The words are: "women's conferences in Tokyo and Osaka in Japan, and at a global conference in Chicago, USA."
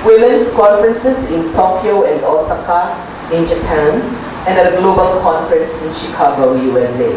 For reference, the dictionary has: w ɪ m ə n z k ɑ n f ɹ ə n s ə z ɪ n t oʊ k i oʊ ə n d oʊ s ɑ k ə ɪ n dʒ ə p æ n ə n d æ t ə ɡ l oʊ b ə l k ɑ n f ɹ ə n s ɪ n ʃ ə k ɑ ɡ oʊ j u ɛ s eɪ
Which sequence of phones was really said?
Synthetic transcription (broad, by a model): w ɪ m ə n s k ɑ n f ɹ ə n s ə s ɪ n t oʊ k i oʊ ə n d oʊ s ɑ k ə ɪ n dʒ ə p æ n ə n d ə ɡ l oʊ b ə l k ɑ n f ɹ ə n s ɪ n ʃ ə k ɑ ɡ oʊ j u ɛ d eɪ